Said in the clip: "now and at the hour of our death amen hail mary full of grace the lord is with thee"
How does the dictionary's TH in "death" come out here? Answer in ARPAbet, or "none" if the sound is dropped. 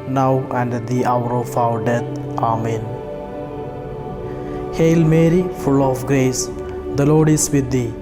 T